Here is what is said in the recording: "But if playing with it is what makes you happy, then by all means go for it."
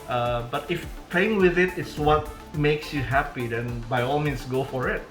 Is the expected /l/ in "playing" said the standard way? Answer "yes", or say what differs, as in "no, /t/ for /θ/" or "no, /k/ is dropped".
no, /l/ is dropped